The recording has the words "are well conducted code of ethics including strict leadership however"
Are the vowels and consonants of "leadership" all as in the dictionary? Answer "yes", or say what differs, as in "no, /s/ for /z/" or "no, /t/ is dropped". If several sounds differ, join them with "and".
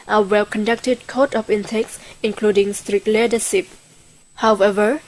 no, /s/ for /ʃ/